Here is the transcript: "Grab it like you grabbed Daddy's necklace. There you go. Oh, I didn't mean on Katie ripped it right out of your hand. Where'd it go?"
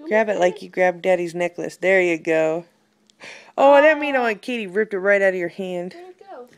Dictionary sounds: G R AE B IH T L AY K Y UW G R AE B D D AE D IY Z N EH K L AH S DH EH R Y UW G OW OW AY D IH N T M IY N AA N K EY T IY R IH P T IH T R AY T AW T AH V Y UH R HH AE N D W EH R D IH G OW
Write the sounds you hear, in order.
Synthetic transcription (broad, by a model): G R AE B IH T L AY K Y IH G R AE B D D AE D IY Z N EH K L AH S DH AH R Y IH G OW OW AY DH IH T M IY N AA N K EY T IY R IH P T IH T R AY T AW T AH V Y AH R HH AE N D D